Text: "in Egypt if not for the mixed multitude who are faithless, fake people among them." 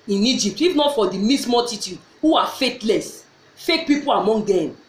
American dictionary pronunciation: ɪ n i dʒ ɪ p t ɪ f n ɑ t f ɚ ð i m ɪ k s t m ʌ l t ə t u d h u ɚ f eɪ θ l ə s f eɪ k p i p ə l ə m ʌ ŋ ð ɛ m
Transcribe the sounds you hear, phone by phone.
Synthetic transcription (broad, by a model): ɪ n i dʒ ɪ p t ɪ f n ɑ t f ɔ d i m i s m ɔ t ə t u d h u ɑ f eɪ t l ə s f eɪ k p i p ə l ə m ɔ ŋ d ɛ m